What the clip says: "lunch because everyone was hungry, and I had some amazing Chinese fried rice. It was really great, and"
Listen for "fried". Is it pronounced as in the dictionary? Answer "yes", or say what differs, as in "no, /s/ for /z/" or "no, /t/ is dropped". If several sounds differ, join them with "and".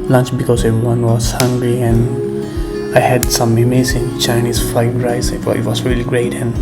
no, /ɹ/ is dropped